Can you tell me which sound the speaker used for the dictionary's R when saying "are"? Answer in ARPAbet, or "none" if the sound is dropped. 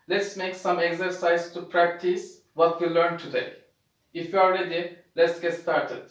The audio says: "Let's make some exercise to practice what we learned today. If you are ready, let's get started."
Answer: L